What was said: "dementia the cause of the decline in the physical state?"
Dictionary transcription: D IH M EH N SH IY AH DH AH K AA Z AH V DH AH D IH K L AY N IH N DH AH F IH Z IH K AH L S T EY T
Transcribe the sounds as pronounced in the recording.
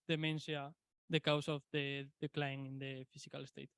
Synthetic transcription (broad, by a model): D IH M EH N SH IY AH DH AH K AA S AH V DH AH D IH K L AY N IH N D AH F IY S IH K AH L S T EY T